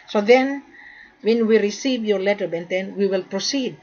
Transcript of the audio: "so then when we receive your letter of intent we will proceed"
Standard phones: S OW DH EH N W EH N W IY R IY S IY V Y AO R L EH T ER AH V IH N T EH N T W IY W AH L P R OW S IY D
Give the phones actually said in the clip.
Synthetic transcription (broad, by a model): S OW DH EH N W EH N W IY R IY S IY V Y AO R L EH T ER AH B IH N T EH N W IY W AH L P R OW S IY D